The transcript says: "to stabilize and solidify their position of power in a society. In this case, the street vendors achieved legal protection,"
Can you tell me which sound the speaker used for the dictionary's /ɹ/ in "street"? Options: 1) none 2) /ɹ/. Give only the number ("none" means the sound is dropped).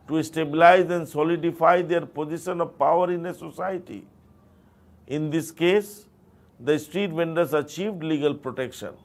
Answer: 2